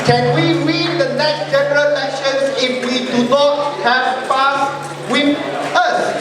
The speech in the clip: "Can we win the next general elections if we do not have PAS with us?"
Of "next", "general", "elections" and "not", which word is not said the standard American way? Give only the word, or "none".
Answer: elections